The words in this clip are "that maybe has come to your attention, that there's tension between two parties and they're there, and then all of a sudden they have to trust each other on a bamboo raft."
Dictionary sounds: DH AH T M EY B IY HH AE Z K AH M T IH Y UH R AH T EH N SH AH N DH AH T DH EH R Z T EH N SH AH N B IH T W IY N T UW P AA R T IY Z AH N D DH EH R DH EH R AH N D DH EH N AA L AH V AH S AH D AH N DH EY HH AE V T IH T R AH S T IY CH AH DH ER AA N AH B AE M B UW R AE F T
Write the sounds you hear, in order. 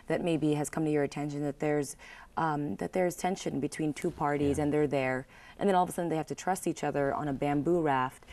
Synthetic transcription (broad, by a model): DH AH T M EY B IY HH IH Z K AH M T IH Y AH R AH T EH N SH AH N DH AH T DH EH R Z T EH N SH AH N B IH T W IY N T UW P AA R T IY Z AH N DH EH R DH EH R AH N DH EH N AA L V AH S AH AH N DH EY HH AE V T IH T R AH S T IY CH AH DH ER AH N AH B AE M B UW R AE F T